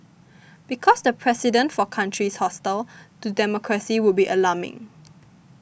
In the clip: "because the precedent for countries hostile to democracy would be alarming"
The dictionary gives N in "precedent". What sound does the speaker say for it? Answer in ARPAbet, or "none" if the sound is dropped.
N